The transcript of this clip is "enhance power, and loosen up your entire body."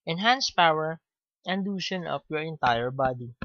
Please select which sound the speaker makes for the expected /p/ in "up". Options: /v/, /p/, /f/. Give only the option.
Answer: /f/